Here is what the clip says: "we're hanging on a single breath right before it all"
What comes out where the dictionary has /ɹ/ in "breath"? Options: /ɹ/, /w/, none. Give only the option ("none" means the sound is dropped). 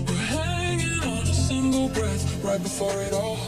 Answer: /ɹ/